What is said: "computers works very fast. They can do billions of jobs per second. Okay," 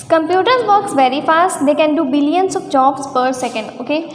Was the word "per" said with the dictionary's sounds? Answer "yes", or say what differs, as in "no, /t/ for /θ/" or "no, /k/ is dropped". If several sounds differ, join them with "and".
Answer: yes